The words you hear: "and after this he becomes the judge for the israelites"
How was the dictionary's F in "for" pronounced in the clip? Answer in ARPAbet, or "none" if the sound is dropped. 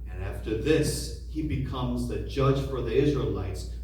F